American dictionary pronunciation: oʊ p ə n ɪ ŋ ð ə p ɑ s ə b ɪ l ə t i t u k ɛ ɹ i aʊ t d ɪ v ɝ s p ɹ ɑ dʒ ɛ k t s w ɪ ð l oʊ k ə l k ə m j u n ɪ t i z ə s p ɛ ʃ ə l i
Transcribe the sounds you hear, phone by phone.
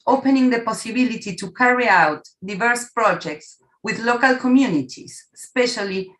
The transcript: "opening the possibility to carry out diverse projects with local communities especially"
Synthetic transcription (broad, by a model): oʊ p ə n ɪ ŋ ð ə p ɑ s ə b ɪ l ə t i t u k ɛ ɹ i aʊ t d ɪ v ɝ s p ɹ ɑ dʒ ɛ k t s w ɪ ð l oʊ k ə l k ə m j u n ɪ t i s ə s p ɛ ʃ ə l i